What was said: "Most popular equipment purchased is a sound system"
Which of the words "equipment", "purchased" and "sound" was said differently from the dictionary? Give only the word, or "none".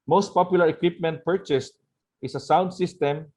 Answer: none